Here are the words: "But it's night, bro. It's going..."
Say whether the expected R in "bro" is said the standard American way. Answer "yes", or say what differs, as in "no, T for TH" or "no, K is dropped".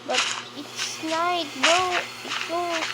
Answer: no, R is dropped